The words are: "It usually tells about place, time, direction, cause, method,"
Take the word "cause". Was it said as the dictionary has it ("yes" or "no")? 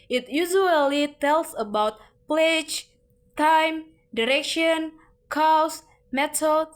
no